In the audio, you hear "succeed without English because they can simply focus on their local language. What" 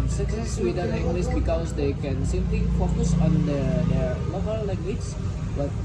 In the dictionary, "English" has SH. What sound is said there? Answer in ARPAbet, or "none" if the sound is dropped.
S